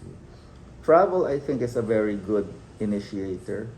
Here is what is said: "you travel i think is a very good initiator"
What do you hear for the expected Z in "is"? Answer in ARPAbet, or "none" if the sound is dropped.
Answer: S